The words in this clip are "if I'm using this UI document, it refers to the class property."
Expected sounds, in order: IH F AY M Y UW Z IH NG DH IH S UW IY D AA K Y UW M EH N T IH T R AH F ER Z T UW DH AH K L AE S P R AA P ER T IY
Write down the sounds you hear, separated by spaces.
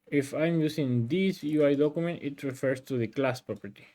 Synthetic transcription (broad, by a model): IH F AY M Y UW S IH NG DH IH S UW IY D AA K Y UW M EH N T IH T R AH F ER S T UW DH AH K L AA S P R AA P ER T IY